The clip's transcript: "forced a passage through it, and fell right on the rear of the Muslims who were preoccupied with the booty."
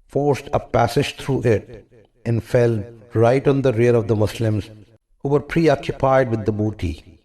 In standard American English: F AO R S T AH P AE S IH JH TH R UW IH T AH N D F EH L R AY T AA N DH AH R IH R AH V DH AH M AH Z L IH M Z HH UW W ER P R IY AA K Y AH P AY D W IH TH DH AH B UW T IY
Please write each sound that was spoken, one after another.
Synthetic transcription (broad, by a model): F AO R S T AH P AE S IH JH T R UW IH T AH N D F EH L R AY T AA N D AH R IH R AH V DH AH M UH S L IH M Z HH UW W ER P R IY AA K Y AH P AY D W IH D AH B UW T IY